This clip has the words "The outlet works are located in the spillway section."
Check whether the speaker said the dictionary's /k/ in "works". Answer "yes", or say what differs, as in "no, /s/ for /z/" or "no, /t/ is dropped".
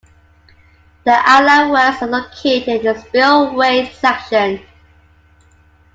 no, /k/ is dropped